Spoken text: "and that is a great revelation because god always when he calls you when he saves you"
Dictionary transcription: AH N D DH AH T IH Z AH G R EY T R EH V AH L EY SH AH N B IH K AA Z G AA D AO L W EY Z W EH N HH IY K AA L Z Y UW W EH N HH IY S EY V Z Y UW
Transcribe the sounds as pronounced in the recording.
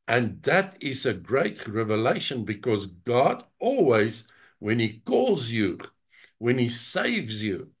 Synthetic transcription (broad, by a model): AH N DH AH T IH Z AH G R EY T R EH V AH L EY SH AH N B IH K AA Z G AA D AO L W EY Z W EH N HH IY K AA L Z Y UW W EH N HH IY S EY V Z Y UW